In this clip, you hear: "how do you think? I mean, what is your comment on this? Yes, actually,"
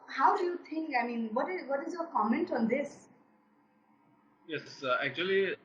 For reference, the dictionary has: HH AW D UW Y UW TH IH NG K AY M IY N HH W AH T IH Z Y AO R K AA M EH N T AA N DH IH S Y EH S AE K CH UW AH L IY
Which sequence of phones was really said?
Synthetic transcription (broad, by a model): HH AW D UW Y UW T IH NG K AY M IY N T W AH T IH Z Y AO R K AA M EH N T AA N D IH S Y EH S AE K CH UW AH L IY